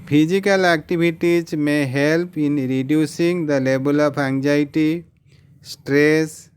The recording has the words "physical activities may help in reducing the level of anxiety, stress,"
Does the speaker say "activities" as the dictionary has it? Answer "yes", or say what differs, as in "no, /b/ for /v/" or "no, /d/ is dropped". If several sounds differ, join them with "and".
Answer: no, /b/ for /v/